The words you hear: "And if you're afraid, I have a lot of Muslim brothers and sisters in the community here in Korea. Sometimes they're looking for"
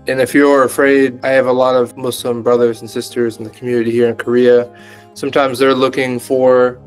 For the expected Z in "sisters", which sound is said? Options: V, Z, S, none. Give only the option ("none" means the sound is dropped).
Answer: Z